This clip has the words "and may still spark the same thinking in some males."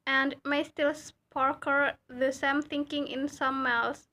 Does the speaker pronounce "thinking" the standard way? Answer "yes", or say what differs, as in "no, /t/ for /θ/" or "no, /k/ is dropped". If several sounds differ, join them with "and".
yes